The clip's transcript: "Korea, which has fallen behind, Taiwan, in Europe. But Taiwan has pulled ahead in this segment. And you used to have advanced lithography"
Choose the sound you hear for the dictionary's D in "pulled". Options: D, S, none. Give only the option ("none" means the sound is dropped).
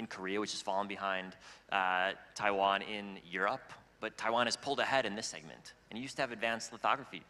D